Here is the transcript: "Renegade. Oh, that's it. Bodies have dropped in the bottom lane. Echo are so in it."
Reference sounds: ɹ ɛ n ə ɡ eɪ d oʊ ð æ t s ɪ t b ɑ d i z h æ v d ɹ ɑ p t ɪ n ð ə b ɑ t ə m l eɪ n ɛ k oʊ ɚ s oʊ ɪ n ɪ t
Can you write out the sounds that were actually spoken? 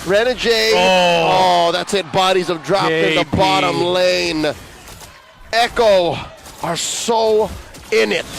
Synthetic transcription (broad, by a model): ɹ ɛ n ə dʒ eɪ oʊ ð æ t s ɪ t b ɑ d i z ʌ v d ɹ ɑ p ɪ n ð ə b ɑ t ə m l eɪ n ɛ k oʊ ɚ s oʊ ɪ n ɪ t